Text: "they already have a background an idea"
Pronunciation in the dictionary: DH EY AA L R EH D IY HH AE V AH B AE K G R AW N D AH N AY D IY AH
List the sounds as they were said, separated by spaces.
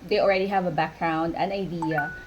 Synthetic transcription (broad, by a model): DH EY AA L R EH D IY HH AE V AH B AE K G R AW N D AH N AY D IY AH